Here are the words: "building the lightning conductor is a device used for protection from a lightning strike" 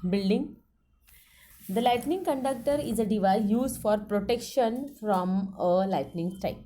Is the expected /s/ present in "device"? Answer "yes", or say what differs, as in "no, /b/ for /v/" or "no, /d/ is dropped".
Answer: no, /s/ is dropped